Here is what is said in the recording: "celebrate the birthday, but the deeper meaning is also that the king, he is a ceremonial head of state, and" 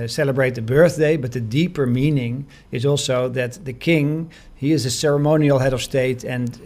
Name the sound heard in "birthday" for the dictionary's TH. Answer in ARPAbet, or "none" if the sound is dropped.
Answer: TH